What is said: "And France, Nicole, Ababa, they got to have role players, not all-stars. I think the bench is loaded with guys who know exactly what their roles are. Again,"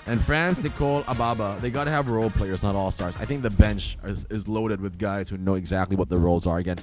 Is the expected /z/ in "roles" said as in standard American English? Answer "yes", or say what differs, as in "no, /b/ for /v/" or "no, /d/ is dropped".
yes